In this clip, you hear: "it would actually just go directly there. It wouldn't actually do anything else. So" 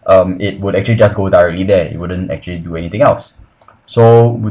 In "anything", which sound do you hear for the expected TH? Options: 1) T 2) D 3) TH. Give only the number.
1